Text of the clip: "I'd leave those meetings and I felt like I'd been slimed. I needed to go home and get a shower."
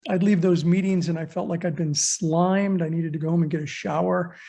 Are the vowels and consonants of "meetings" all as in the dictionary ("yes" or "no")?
yes